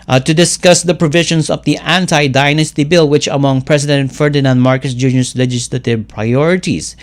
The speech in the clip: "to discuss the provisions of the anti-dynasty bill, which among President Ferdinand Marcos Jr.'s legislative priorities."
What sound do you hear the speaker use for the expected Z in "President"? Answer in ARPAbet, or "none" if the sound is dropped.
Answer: S